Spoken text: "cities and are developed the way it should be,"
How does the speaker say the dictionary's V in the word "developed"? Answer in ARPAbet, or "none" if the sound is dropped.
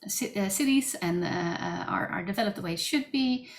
V